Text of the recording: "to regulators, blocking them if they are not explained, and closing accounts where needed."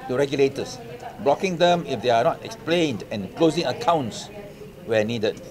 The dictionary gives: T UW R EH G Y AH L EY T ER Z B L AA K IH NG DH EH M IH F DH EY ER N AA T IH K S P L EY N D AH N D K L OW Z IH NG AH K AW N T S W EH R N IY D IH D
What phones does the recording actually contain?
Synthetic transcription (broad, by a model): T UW R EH G Y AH L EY T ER S B L AA K IH NG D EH M IH F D EY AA N AA T IH K S P L EY N D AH N K L OW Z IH NG AH K AW N T S W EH N IY D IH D